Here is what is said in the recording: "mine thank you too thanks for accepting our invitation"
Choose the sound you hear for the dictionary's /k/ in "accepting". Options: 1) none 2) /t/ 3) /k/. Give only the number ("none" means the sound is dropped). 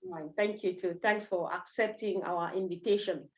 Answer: 3